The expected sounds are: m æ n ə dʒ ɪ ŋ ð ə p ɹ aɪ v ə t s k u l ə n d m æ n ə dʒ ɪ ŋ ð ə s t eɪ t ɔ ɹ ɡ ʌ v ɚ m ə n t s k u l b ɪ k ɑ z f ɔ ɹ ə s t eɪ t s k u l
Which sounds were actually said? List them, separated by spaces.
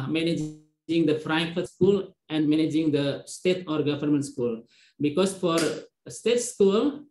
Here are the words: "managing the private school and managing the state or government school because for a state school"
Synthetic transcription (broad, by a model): m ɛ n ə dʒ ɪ ŋ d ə f ɹ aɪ f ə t s k u l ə n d m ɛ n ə dʒ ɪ ŋ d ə s t eɪ t ɔ ɹ ɡ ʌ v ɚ m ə n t s k u l b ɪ k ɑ s f ɔ ɹ s t eɪ t s k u l